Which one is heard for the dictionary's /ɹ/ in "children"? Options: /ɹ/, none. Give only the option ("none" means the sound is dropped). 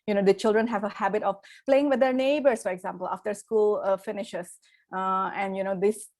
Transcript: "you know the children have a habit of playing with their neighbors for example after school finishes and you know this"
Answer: /ɹ/